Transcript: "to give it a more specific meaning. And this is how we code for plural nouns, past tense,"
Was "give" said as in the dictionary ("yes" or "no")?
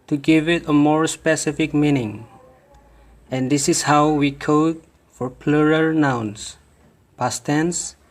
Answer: yes